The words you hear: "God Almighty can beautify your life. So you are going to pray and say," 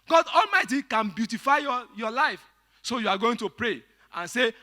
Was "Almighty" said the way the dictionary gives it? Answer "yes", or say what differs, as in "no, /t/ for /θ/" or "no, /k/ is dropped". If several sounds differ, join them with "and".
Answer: yes